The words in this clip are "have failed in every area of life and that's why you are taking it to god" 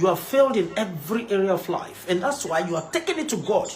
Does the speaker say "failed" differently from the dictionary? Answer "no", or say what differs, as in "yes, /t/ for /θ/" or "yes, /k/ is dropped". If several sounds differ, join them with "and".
no